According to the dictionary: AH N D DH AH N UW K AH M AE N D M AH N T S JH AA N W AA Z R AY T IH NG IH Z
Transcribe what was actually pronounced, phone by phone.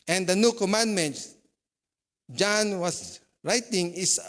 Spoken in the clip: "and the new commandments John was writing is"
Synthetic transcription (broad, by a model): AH N D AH N UW K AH M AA N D M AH N T S JH AA N W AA S R AY T IH NG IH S